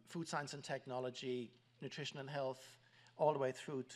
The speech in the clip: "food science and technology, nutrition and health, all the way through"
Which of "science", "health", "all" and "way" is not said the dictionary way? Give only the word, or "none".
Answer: none